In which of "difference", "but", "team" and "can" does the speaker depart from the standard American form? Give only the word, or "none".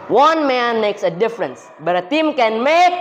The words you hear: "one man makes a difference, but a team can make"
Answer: none